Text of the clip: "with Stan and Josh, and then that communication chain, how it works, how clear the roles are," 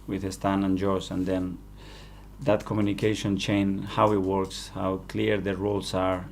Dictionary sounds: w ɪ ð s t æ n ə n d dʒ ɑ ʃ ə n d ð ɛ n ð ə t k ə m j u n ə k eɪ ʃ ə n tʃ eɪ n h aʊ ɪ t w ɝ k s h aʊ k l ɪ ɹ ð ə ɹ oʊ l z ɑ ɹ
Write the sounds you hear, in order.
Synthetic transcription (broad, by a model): w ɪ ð s t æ n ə n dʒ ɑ s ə n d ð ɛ n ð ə t k ə m j u n ə k eɪ ʃ ə n tʃ eɪ n h aʊ ɪ t w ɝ k s h aʊ k l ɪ ɹ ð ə ɹ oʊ l s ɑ ɹ